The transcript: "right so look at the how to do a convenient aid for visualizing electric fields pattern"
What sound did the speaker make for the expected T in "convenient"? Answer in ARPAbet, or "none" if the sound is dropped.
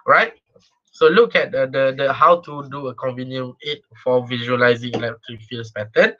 none